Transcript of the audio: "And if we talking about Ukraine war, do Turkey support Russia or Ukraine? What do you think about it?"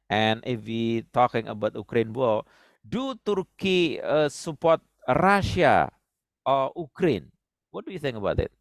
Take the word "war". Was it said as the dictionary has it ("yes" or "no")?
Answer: no